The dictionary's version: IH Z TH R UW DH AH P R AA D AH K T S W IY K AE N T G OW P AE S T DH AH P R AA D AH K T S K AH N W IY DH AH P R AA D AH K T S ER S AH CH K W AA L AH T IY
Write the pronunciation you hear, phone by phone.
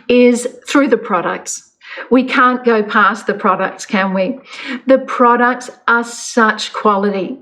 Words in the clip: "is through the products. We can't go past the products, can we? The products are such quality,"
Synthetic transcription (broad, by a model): IH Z TH R UW DH AH P R AA D AH K T S W IY K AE N G OW P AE S DH AH P R AA D AH K T S K AH N W IY DH AH P R AA D AH K T S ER S AH CH K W AA L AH T IY